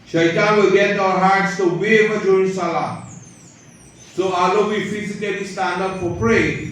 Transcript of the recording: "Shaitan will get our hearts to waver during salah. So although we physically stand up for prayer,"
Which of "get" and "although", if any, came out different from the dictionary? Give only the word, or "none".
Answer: although